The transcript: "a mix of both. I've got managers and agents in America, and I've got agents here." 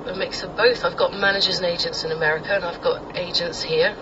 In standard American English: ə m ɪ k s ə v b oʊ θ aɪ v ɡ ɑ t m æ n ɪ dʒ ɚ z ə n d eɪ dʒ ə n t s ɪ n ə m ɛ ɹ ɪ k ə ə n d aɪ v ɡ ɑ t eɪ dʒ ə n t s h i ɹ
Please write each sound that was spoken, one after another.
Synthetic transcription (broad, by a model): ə m ɪ k s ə b oʊ θ aɪ v ɡ ɑ t m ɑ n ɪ dʒ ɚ z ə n eɪ dʒ ə n t s ɪ n ə m ɛ ɹ ɪ k ə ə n aɪ v ɡ ɑ t eɪ dʒ ə n t s h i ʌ